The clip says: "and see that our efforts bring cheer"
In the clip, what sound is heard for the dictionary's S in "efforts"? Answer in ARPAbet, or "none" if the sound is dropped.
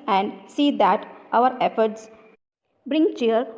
S